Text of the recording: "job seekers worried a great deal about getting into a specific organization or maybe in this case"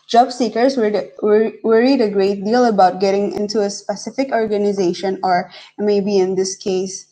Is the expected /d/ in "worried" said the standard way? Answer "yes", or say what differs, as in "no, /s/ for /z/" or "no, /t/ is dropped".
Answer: yes